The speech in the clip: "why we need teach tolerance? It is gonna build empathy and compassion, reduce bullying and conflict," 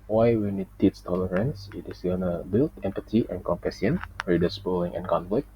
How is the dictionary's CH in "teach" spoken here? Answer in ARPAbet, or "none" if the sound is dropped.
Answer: S